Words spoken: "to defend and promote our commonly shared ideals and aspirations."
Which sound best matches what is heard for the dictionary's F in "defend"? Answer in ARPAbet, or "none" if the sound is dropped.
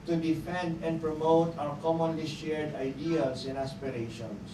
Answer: F